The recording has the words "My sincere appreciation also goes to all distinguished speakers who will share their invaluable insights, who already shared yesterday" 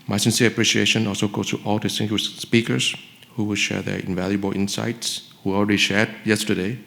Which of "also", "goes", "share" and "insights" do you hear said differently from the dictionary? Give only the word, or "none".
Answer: goes